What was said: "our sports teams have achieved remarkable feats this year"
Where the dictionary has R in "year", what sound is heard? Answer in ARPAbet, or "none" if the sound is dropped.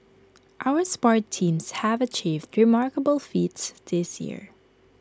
R